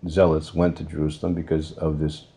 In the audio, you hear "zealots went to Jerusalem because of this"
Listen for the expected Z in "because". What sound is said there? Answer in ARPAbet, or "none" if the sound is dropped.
Z